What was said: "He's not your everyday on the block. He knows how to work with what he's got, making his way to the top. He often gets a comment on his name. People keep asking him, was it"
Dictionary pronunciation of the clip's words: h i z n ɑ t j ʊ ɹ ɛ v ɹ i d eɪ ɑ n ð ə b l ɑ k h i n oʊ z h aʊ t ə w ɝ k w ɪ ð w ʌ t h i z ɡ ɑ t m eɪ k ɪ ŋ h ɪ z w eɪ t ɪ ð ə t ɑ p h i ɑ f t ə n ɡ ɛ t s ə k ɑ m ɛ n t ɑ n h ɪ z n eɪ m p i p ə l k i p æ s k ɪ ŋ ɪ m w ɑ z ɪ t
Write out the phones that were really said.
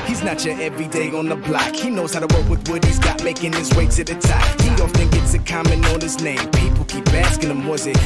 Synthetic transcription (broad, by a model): h i z n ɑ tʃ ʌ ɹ ɛ v ɹ i d eɪ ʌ n ð ə b l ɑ k h i n oʊ z h aʊ t ə w ɝ k w ɪ ð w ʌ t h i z ɡ ɑ t m eɪ k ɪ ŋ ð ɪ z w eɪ s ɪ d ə t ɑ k h i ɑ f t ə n ɡ ɛ t s ə k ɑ m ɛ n ɑ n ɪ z n eɪ m p i p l k i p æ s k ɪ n ɪ m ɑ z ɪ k